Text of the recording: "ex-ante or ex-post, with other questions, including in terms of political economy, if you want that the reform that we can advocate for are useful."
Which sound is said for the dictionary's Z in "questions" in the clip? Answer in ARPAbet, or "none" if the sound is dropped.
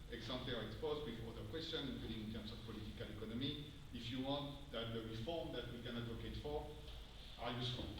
none